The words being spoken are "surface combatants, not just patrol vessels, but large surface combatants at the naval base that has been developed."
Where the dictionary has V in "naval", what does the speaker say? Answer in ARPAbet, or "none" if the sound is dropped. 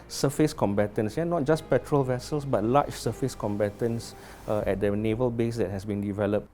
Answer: V